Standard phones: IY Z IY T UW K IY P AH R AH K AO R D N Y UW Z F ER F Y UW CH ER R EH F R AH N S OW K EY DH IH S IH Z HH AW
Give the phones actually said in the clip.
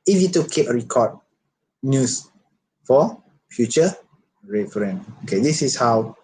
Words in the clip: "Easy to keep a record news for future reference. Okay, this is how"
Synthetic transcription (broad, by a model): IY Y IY T UW K IY P AH R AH K AO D N Y UW S F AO F Y UW CH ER R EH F R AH N OW K EY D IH S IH S HH AW